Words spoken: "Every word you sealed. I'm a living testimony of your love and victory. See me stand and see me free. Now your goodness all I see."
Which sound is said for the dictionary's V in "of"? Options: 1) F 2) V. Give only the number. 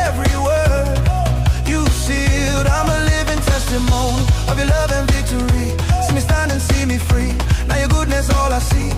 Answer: 2